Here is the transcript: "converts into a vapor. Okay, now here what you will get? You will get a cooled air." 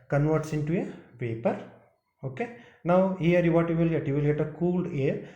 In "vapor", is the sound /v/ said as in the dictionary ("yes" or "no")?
no